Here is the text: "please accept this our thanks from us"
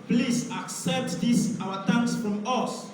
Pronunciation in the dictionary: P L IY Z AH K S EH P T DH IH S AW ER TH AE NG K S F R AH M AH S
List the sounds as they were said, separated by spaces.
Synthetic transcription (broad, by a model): P L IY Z AH K S EH P T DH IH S AW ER T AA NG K S F R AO M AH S